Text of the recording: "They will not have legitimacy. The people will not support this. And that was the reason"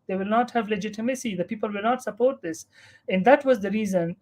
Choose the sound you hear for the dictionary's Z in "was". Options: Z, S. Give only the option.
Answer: Z